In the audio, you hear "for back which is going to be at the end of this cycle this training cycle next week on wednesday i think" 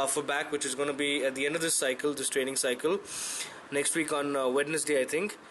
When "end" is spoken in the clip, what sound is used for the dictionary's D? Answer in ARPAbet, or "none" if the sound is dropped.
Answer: D